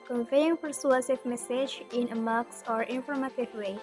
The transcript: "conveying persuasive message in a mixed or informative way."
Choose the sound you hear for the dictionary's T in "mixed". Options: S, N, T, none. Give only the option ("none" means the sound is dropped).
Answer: none